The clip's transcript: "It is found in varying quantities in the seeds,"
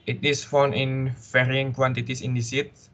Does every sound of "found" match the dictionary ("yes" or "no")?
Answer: no